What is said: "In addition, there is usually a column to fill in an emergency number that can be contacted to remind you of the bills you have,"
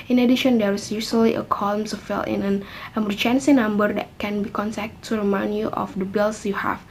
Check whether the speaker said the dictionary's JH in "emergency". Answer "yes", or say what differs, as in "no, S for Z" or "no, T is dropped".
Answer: no, CH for JH